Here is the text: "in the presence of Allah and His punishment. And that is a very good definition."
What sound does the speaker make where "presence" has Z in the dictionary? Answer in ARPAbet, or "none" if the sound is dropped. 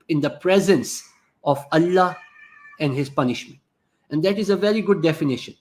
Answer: Z